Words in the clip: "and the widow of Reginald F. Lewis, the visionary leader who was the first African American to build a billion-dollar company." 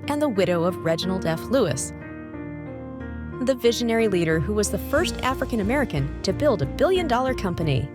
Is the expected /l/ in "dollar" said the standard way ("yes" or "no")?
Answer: yes